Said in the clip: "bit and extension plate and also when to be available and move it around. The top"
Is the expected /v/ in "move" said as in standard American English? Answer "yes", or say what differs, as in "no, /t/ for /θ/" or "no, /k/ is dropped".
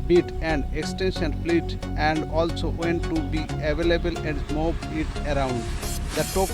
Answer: no, /b/ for /v/